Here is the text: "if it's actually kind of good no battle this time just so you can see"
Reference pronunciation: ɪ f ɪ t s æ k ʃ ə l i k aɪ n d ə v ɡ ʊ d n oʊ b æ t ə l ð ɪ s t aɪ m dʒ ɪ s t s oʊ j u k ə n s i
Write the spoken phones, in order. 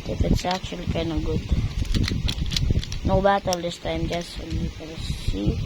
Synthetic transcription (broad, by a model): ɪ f ɪ t s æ k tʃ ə l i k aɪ n ə ɡ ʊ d n oʊ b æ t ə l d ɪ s t aɪ m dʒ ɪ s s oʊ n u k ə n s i